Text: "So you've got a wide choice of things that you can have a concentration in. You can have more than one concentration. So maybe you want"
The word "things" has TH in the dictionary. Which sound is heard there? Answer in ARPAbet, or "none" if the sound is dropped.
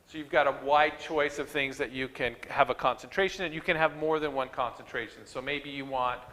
TH